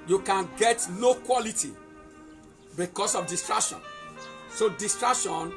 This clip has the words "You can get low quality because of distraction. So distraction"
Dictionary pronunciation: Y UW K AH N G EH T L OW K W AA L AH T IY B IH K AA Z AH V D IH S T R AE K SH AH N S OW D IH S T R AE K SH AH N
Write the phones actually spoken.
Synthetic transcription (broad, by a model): Y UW K AH N G EH T N OW K W AA L AH T IY B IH K AA S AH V D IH S T R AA K SH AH N S OW D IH S T R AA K SH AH N